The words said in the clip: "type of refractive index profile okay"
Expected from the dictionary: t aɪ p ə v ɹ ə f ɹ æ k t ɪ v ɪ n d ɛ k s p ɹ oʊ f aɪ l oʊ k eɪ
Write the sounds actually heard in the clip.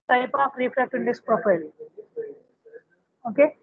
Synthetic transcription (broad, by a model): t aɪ p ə f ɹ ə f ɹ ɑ t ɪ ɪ n d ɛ k s p ɹ oʊ f aɪ l oʊ k eɪ